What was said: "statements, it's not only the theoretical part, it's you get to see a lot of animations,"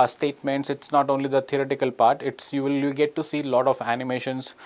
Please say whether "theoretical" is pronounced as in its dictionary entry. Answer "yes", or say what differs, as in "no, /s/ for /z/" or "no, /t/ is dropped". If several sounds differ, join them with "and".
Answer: no, /t/ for /θ/